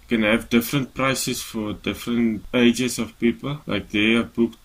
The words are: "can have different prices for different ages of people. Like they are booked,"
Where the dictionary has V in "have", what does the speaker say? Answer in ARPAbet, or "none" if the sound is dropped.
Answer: V